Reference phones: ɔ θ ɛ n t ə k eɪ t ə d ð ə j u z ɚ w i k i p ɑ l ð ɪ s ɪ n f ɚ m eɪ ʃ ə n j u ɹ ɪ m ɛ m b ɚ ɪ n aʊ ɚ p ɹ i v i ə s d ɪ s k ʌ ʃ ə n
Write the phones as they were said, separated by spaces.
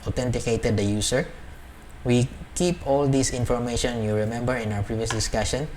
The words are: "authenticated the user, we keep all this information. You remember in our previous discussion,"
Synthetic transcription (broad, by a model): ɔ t ɛ n t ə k eɪ t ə d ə j u s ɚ w i k i p ɑ l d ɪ s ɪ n f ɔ m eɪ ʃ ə n j u ɹ ɪ m ɛ m b ɚ ɪ n aʊ ɚ p ɹ i v i ə s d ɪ s k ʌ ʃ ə n